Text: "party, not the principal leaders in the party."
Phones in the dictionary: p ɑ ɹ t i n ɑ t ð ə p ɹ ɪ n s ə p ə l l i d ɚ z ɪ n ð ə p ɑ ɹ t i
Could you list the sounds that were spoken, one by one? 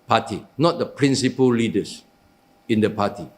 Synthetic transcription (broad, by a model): p ɑ t i n ɑ t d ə p ɹ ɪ n s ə p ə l l i d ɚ s ɪ n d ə p ɑ t i